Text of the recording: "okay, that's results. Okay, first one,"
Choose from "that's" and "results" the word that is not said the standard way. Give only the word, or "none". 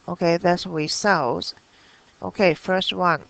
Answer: results